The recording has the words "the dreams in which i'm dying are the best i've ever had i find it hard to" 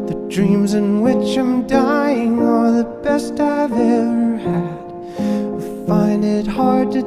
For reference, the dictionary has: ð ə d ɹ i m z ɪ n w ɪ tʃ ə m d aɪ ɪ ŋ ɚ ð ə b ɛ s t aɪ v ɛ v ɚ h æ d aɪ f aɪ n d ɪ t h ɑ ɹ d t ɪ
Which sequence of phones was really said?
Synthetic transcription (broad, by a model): ð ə d ɹ i m z ɪ n w ɪ tʃ ə m d aɪ ɪ ŋ ɚ ð ə b ɛ s t aɪ v ɛ v ɚ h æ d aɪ f aɪ n d ɪ t h ɑ ɹ d t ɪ